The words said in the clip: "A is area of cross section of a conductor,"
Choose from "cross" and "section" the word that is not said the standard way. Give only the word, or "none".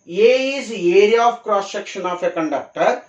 section